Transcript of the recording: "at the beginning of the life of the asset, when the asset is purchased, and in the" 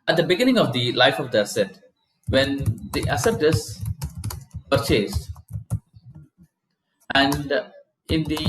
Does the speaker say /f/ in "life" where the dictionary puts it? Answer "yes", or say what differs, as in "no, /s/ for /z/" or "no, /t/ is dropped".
yes